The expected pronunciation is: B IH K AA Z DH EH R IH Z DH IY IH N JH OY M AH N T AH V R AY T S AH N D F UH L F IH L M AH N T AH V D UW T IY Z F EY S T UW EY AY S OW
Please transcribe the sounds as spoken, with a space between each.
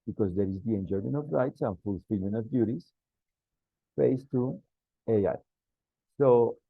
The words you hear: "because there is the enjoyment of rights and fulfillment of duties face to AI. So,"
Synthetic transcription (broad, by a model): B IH K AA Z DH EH R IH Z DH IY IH N JH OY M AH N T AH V R AY T S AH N F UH L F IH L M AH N AH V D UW T IY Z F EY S T UW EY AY S OW